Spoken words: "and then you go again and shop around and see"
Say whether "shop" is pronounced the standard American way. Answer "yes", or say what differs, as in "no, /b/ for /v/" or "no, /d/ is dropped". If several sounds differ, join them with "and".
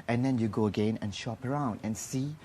yes